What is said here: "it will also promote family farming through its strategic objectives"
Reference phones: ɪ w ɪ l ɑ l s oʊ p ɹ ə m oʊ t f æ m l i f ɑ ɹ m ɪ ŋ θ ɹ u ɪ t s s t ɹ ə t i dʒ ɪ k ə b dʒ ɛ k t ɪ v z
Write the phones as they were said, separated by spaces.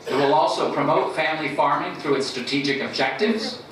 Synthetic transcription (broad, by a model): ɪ w ɪ l ɑ l s oʊ p ɹ ə m oʊ t f æ m l i f ɑ ɹ m ɪ ŋ θ ɹ u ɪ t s s t ɹ ə t i dʒ ɪ k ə b dʒ ɛ k t ɪ v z